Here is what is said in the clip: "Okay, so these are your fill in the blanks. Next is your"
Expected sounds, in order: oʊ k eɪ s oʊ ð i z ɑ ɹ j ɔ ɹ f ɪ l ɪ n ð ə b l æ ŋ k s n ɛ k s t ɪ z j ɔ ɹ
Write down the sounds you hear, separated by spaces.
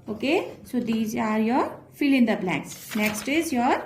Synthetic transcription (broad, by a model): oʊ k eɪ s oʊ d i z ɑ ɹ j ɔ ɹ f ɪ l ɪ n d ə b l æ k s n ɛ k s t ɪ z j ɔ ɹ